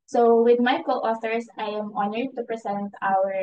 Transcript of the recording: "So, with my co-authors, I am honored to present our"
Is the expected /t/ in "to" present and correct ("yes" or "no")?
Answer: yes